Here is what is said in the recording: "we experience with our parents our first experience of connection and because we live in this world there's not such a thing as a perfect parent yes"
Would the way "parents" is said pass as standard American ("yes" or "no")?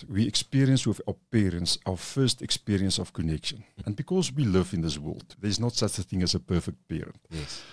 yes